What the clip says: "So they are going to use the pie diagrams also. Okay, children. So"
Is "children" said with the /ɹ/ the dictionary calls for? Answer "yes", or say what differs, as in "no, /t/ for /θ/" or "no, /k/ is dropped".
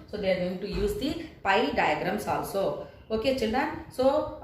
no, /ɹ/ is dropped